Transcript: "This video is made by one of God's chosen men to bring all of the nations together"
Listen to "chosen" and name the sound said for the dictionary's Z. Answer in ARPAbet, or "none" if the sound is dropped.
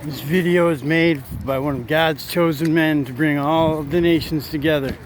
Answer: Z